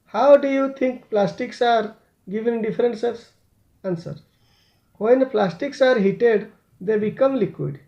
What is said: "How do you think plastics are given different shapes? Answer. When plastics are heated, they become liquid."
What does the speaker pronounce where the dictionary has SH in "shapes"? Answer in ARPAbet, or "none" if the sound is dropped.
S